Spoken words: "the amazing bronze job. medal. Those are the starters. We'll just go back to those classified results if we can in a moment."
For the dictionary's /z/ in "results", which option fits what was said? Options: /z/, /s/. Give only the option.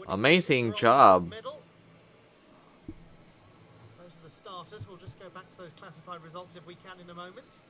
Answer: /z/